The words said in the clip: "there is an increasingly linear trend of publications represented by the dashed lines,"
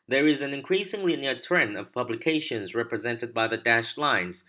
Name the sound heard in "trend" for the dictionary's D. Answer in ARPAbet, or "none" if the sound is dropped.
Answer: none